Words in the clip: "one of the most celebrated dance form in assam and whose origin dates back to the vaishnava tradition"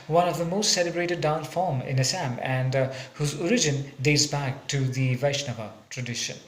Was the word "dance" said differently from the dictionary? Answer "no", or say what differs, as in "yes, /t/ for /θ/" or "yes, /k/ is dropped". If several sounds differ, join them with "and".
yes, /s/ is dropped